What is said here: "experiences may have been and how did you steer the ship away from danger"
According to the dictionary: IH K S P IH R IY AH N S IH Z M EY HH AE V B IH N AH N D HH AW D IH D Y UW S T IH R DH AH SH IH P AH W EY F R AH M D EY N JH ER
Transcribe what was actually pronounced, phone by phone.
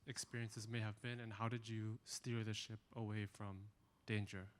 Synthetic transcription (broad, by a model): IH K S P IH R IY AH N S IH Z M EY HH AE V B IH N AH N HH AW D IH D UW S T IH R DH AH SH IH P AH W EY F R AH M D EY N JH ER